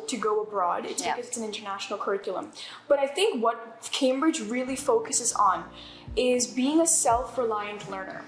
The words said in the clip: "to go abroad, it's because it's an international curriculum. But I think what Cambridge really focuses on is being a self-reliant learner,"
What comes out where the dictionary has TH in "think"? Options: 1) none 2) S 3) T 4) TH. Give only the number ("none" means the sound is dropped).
4